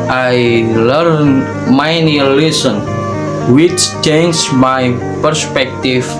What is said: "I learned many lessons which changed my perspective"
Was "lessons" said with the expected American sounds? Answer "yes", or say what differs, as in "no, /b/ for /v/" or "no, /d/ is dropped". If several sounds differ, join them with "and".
no, /z/ is dropped